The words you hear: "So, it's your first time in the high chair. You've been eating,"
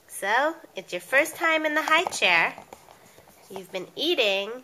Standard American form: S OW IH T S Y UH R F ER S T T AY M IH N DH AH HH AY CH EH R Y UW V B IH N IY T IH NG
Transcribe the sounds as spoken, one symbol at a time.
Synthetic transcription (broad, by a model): S OW IH T S Y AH R F ER S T T AY M IH N DH AH HH AY CH EH R Y UW V B IH N IY T IH NG